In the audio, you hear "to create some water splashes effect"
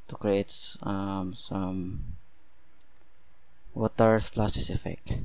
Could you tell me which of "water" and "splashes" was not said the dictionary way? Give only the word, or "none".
splashes